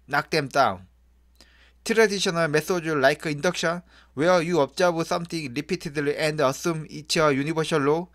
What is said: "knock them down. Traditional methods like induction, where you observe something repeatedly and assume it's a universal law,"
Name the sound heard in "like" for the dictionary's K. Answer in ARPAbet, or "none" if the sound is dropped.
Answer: K